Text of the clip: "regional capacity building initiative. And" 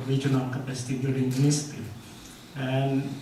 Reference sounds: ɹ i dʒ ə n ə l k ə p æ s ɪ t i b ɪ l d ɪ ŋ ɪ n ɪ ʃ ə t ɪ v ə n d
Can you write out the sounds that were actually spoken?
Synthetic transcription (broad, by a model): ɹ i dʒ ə n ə l k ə p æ s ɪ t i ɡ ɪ d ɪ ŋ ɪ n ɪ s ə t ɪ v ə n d